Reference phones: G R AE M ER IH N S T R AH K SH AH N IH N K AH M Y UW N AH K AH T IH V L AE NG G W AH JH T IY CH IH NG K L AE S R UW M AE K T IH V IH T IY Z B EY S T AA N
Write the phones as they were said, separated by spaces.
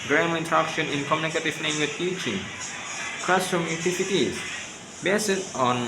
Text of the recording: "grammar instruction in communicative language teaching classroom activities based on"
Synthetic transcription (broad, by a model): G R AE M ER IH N T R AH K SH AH N IH N K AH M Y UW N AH K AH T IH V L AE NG G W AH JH T IY CH IH NG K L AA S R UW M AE T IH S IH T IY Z B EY S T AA N